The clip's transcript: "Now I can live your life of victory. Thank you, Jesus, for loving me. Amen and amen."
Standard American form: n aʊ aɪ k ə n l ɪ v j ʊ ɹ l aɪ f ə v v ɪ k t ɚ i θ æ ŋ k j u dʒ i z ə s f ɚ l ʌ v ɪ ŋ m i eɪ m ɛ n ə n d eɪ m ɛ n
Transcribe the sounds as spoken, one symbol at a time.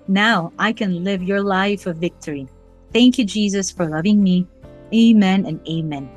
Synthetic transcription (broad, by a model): n aʊ aɪ k ə n l ɪ v j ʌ ɹ l aɪ f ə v v ɪ k t ɚ i θ æ ŋ k j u dʒ i z ə s f ɚ l ʌ v ɪ ŋ m i eɪ m ɛ n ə n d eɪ m ɛ n